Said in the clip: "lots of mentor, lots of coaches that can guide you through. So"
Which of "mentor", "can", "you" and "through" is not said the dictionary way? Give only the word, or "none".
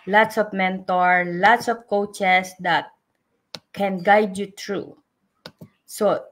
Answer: through